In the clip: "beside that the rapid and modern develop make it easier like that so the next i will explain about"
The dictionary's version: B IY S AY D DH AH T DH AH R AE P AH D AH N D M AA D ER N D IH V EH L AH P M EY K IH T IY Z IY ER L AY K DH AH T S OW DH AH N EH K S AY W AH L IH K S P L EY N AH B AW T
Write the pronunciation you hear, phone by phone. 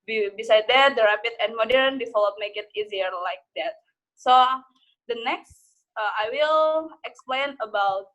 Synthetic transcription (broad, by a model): B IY S AY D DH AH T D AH R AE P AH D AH N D M AA D ER N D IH F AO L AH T M EY K IH T IY Z IY ER L AY K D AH T S OW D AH N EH K S AY W AH L IH K S P L EY N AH B AW T